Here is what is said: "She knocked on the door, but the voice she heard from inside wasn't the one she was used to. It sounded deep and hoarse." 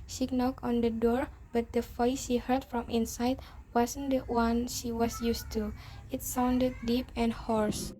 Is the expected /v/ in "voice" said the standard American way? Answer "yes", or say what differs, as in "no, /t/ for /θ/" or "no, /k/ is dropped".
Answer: no, /f/ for /v/